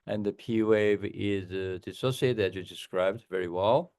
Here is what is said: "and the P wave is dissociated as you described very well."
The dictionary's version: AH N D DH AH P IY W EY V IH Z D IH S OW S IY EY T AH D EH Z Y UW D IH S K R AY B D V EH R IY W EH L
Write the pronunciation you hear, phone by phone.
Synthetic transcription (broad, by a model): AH N DH AH P IY W EY V IH Z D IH S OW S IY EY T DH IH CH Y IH D IH S K R AY B D V EH R IY W EH L